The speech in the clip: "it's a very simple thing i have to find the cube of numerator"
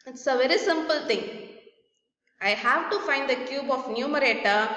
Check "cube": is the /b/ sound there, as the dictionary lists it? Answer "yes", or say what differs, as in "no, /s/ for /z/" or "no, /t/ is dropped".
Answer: yes